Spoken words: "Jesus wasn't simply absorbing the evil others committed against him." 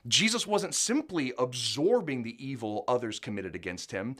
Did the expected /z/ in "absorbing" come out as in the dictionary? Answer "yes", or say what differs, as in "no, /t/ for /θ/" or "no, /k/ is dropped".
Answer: yes